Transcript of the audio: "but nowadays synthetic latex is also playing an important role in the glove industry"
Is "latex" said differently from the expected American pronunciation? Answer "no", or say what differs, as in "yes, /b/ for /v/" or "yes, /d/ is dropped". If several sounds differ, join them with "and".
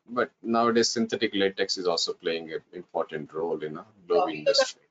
no